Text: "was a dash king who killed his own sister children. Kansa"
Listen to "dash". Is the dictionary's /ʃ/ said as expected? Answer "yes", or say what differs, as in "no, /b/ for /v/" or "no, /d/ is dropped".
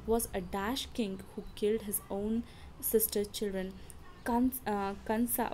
yes